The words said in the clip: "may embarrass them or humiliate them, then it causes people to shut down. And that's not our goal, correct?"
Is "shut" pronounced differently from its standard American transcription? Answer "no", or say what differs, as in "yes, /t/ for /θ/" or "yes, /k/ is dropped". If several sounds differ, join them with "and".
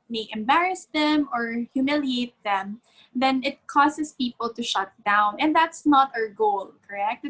no